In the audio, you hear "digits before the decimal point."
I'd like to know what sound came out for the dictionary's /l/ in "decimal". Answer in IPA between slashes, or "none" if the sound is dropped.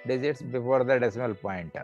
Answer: /l/